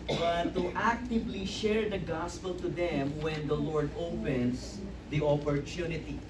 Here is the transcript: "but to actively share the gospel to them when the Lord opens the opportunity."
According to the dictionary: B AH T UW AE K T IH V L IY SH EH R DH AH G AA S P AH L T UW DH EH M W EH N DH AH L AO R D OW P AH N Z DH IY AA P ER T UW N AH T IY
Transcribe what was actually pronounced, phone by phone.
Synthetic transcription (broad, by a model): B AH T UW AE K T IH V L IY SH EH R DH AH G AA S P AH L T UW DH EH M W EH N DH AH L AO R D OW P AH N S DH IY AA P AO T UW N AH T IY